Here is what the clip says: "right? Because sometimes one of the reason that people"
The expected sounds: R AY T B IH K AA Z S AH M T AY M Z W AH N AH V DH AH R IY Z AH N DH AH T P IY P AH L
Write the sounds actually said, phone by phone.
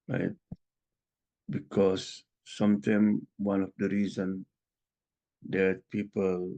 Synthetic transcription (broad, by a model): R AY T B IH K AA S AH M T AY M W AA N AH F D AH R IY Z AH N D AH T P IY P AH L